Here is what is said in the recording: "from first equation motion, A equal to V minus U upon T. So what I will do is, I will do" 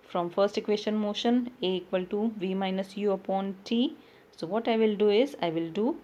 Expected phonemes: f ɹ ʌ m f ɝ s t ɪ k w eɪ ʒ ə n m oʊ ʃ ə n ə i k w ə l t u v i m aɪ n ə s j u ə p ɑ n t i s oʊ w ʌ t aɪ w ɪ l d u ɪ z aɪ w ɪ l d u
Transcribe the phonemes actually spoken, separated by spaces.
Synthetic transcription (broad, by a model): f ɹ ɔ m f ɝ s t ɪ k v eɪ ʃ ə n m oʊ ʃ ə n ə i k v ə l t u v i m aɪ n ə s j u ə p ɑ n t i s oʊ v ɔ t aɪ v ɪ l d u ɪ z aɪ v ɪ l d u